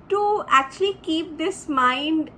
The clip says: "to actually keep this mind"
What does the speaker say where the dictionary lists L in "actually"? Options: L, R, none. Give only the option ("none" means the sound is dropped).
L